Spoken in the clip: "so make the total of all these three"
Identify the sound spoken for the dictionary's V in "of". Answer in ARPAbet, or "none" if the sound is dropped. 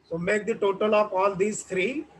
P